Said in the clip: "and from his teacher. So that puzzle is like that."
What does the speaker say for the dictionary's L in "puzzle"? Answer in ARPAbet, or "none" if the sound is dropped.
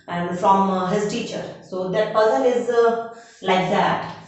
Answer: N